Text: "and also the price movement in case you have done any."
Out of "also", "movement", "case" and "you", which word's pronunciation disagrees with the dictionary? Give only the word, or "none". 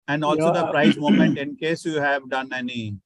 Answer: movement